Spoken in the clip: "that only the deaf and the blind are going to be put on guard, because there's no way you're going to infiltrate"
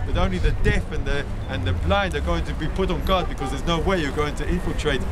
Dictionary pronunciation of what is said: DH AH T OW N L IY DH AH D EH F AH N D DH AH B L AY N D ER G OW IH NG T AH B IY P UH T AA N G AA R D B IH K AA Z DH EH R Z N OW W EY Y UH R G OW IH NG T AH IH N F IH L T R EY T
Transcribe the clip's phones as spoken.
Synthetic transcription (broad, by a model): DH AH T OW N L IY DH AH D EH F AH N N DH AH B L AY N D ER G OW IH NG T AH B IY P UH T N G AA D B IH K AA Z DH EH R Z N OW W EY Y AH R G OW IH NG T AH IH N F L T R EY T